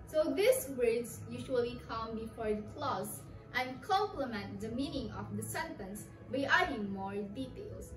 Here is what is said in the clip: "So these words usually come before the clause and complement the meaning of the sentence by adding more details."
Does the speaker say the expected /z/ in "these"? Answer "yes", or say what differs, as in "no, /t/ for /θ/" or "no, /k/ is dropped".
no, /s/ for /z/